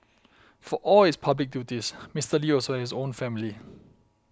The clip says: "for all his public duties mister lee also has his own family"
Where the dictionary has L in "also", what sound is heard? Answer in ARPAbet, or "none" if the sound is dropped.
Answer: none